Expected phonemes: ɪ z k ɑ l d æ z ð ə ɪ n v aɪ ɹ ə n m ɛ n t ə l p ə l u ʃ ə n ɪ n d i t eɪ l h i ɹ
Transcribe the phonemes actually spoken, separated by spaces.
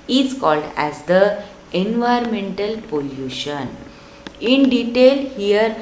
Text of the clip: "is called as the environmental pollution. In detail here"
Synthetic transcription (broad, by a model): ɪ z k ɑ l d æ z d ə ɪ n v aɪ ə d m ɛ n t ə l p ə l u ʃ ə n ɪ n d i t eɪ l h i ɹ